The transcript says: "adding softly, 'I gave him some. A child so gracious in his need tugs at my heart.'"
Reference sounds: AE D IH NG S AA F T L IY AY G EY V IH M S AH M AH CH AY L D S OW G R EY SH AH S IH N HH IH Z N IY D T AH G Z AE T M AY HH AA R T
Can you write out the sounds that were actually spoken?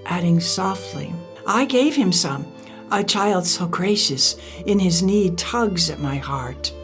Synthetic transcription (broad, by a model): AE D IH NG S AA F T L IY AY G EY V IH M S AH M AH CH AY L D S OW G R EY SH AH S IH N IH Z N IY D T AH G Z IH T M AY HH AA R T